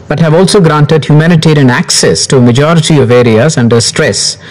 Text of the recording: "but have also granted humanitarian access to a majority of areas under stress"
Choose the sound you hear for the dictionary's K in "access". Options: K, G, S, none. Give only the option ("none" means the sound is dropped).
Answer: K